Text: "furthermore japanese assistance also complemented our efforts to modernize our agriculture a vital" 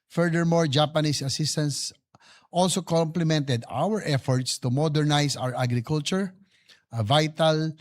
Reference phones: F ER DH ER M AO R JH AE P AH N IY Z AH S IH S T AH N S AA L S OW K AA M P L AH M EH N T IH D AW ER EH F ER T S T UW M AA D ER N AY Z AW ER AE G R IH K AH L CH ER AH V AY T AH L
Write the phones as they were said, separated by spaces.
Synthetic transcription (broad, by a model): F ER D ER M AO R JH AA P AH N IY S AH S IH S T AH N S AA L S OW K AA M P L AH M EH N T IH D AW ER EH F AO T S T UW M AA D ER N AY S AW ER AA G R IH K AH L CH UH AH V AY T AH L